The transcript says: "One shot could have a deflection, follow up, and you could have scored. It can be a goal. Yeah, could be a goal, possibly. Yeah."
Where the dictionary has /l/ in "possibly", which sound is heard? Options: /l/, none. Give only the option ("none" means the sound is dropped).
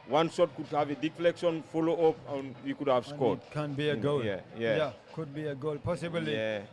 none